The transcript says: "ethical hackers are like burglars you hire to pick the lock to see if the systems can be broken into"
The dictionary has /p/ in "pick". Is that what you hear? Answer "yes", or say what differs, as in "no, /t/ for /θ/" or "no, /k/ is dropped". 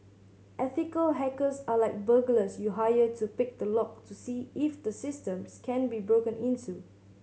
yes